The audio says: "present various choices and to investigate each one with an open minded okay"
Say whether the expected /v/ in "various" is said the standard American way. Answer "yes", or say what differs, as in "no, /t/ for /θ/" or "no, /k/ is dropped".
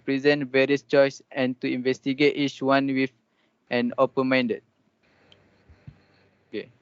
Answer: yes